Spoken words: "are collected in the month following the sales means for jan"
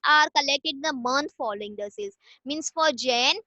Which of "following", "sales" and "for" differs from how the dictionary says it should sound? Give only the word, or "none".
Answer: sales